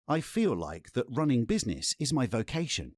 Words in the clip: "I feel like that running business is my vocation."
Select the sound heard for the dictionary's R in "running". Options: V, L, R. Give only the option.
R